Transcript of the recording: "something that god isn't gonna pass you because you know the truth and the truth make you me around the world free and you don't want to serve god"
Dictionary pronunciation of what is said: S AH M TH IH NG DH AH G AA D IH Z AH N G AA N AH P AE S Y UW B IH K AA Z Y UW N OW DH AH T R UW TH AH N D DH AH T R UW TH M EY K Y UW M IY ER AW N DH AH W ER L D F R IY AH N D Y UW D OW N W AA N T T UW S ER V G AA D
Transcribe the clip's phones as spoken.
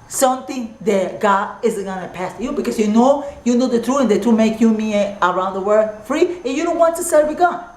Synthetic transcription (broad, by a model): S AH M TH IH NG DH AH G AA D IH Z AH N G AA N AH P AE S Y UW B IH K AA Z Y UW N OW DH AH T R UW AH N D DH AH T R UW M EY K Y UW M IY ER AW N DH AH W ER D F R IY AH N Y UW D OW N W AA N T T UW S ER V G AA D